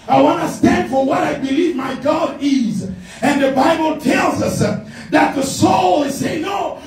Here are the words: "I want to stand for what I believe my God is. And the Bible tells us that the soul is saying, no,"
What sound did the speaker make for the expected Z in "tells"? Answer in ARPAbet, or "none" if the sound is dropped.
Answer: Z